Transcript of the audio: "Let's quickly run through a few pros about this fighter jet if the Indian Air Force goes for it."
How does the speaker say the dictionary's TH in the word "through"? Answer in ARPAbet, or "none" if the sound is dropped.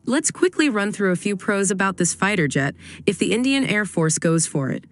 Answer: TH